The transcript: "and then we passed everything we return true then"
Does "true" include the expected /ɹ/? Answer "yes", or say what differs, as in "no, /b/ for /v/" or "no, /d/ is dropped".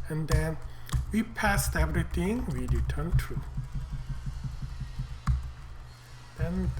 yes